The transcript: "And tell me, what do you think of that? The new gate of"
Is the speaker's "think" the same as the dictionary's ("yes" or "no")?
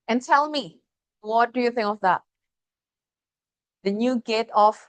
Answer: yes